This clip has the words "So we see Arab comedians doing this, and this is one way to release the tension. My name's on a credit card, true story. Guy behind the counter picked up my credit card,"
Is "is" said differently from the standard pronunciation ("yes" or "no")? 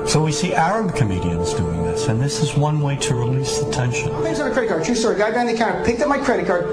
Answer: no